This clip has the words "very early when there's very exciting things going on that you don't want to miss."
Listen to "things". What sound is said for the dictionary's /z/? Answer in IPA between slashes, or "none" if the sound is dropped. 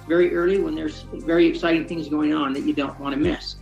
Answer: /z/